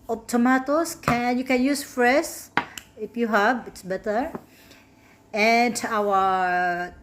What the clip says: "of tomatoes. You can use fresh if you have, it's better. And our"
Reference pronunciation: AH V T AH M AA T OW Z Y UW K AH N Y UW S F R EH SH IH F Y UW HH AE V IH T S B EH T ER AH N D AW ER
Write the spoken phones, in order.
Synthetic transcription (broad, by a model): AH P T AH M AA T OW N Y UW K AH N Y UW S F R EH S IH F Y UW HH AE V IH T S B EH T ER AH N D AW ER